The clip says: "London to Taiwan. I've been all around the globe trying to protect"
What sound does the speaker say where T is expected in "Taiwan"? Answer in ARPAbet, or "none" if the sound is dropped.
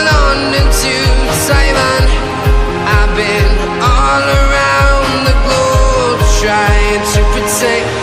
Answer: S